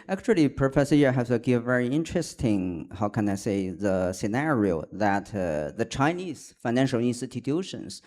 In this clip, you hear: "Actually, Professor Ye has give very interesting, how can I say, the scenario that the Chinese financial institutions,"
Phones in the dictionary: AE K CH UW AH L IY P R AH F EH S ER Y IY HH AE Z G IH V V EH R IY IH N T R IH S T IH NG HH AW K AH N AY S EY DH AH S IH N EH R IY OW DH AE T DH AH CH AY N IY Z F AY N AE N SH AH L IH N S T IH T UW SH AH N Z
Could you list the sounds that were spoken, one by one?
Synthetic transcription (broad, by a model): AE K CH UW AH L IY P R AH F EH S ER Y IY HH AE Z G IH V V EH R IY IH N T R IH S T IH NG HH AW K AH N AY S EY DH AH S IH N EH R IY OW DH AE T DH AH CH AY N IY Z F AY N AE N SH AH L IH N S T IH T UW SH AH N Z